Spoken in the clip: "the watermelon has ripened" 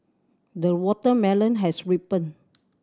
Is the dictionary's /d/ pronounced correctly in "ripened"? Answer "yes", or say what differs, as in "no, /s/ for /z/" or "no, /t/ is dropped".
no, /d/ is dropped